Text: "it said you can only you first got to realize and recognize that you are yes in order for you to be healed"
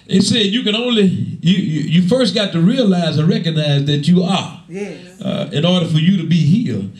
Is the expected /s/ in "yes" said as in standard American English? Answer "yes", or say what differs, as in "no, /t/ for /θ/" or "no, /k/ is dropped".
no, /s/ is dropped